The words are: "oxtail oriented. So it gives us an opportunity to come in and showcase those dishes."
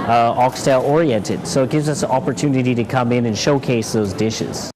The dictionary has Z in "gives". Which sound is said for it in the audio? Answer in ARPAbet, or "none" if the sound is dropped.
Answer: Z